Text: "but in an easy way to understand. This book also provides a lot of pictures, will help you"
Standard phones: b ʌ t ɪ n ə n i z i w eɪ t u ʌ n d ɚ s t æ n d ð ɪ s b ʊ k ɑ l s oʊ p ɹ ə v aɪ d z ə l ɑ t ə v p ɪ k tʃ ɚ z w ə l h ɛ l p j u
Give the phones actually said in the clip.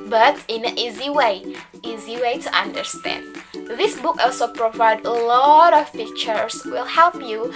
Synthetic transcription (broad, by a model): b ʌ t ɪ n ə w i z i w eɪ t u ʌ n d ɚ s t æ n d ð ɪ s b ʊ k ɑ l s oʊ p ɹ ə v aɪ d ə l ɑ t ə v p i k tʃ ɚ s w ə l h ɛ l p j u